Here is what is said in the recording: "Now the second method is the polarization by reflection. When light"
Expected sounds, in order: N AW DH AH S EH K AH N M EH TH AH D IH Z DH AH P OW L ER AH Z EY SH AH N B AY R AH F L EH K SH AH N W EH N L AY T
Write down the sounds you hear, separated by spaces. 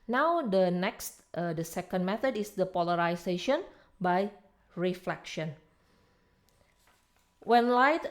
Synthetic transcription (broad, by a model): N AW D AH S EH K AH N M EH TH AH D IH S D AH P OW L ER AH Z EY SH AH N B AY R AH F L EH K SH AH N W EH N L AY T